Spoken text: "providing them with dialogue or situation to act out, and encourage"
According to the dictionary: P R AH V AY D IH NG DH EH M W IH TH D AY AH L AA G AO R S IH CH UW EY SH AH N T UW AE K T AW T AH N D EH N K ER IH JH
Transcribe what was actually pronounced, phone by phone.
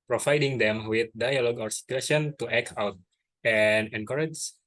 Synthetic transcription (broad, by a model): P R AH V AY D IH NG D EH M W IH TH D AY AH L AA G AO W S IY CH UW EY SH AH N T UW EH K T AW T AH N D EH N K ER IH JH